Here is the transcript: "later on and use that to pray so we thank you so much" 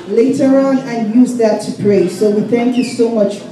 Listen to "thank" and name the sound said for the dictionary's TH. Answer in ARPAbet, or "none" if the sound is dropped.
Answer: TH